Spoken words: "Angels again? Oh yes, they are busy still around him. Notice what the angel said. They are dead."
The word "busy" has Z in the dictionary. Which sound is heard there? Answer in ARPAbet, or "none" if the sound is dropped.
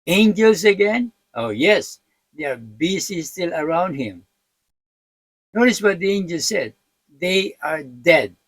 S